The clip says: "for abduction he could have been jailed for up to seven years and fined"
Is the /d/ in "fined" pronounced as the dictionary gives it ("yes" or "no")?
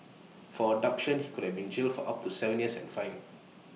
no